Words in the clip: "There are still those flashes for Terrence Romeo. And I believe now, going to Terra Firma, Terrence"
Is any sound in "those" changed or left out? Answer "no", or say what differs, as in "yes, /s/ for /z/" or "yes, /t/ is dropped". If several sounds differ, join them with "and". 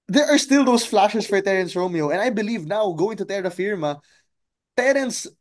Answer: yes, /s/ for /z/